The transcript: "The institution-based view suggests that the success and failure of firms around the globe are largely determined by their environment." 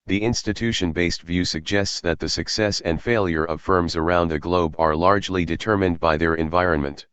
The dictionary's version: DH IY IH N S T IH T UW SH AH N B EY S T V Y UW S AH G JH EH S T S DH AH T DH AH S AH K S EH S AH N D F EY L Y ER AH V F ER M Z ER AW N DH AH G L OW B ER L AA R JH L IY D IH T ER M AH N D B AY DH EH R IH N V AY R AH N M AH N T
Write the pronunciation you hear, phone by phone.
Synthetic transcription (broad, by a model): DH IY IH N S T IH T UW SH AH N B EY S T V Y UW S AH G JH EH S T S DH AH T DH AH S AH K S EH S AH N D F EY L Y ER AH V F ER M Z ER AW N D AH G L OW B ER L AA R JH L IY D IH T ER M AH N D B AY DH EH R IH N V AY R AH N M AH N T